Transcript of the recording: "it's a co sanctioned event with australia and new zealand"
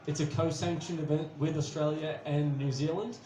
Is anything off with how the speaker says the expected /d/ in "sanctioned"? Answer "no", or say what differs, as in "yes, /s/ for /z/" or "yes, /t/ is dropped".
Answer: yes, /d/ is dropped